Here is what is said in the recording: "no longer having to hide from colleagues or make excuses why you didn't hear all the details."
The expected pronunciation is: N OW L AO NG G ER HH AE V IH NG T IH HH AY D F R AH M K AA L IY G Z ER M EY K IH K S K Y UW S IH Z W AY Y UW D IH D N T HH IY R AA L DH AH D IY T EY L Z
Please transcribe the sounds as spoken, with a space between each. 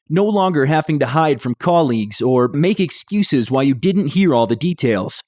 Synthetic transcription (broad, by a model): N OW L AO NG G ER HH AE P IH NG T IH HH AY D F R AH M K AA L IY G Z ER M EY K IH K S K Y UW S IH Z W AY Y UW D IH D N T HH IY R AA L DH AH D IY T EY L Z